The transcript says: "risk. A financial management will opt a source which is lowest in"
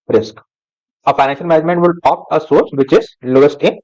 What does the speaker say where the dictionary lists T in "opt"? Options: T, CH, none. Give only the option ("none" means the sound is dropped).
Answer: none